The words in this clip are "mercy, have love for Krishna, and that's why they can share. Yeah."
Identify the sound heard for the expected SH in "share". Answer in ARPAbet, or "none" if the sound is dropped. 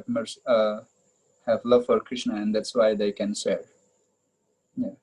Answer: S